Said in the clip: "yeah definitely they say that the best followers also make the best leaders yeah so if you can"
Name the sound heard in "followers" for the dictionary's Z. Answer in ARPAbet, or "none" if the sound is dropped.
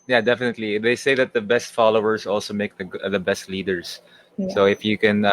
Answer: S